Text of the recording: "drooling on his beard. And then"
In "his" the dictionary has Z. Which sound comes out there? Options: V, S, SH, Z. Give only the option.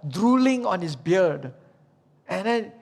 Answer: S